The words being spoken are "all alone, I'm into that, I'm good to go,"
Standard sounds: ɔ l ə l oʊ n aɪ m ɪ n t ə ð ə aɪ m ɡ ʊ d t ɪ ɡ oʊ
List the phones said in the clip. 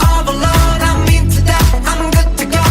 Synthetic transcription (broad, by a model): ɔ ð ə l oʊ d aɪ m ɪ t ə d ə aɪ m ɡ ʊ d t ɪ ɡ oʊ